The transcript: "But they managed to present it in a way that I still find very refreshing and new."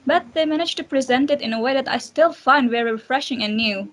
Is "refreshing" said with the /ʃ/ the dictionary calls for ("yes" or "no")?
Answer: yes